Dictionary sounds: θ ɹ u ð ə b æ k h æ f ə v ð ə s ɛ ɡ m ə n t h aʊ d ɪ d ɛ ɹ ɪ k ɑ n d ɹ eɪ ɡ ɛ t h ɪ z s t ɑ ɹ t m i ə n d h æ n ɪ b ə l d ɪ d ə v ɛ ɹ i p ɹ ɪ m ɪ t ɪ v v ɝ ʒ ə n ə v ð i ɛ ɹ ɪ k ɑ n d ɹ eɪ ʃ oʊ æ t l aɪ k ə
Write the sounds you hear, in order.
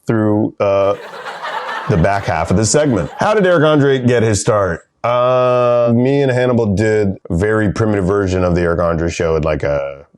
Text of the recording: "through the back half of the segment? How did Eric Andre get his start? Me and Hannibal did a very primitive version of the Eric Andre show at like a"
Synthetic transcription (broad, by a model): θ ɹ u ð ə b æ k h æ f ə v ð ə s ɛ ɡ m ə n t h aʊ d ɪ d ɛ ɹ ɪ k ɑ n d ɹ eɪ ɡ ɛ t h ɪ z s t ɑ ɹ t m i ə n h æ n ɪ b l d ɪ d v ɛ ɹ i p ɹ ɪ m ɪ t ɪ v v ɝ ʒ ə n ə v ð i ɛ ɹ ɪ k ɑ n d ɹ eɪ ʃ oʊ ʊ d l aɪ k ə